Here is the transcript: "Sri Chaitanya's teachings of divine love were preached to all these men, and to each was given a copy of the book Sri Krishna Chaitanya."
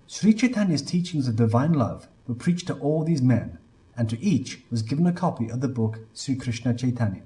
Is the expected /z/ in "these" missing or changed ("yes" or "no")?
no